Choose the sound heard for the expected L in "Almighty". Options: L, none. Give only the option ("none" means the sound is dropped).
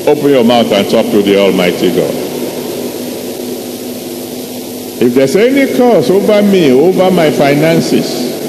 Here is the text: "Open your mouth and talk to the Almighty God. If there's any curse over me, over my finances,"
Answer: L